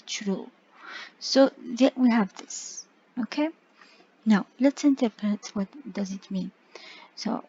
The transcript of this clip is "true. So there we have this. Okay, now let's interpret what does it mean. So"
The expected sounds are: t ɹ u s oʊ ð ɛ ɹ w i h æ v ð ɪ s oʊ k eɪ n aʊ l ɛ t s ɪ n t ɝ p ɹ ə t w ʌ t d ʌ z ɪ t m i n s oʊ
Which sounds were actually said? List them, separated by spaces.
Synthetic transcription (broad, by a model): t ɹ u s oʊ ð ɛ w i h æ v ð ɪ s oʊ k eɪ n aʊ l ɛ t s ɪ n t ɝ p ɹ ə t w ʌ t d ʌ z ɪ t m i n s oʊ